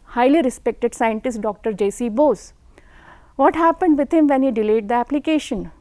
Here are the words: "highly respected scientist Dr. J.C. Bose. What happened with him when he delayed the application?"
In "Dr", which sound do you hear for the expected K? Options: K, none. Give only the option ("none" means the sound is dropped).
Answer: K